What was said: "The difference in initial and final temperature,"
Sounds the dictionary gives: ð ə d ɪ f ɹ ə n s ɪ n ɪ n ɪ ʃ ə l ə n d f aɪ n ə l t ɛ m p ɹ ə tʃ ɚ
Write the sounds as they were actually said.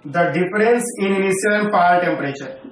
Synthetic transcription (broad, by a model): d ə d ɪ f ɹ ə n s ɪ n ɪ n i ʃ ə l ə n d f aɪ ə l t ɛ m p ɹ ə tʃ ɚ